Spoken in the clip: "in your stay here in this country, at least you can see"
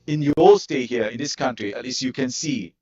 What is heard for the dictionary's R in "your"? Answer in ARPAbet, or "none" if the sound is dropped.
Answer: L